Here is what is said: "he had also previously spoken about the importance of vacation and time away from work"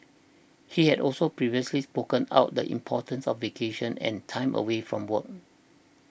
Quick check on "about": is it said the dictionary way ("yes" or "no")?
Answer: no